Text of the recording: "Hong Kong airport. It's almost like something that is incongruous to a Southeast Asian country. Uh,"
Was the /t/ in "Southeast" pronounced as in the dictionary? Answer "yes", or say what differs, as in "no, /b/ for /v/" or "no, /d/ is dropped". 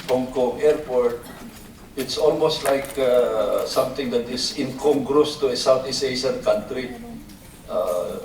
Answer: no, /t/ is dropped